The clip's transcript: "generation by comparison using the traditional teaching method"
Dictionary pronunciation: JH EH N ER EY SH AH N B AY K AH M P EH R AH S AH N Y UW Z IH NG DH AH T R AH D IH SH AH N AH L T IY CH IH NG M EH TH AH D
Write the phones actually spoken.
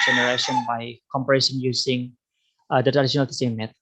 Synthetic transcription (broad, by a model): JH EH N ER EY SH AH N B AY K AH M P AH R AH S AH N Y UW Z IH NG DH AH T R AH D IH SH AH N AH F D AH S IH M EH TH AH